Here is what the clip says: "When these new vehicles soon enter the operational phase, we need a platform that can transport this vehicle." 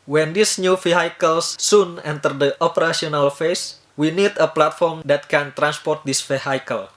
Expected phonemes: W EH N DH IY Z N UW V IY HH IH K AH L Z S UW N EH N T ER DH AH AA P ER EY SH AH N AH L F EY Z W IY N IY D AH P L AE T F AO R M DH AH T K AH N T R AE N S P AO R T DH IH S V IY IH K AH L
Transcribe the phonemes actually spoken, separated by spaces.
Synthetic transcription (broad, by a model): W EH N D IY S N UW F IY HH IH K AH L S UW N EH N T ER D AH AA P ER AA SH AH N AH L F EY S W IY N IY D AH P L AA T F AO R M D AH T K AH N T R AE N S P AO R T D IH S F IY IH K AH L